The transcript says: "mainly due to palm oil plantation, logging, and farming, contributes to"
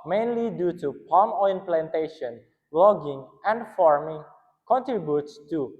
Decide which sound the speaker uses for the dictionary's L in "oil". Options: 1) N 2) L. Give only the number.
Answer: 1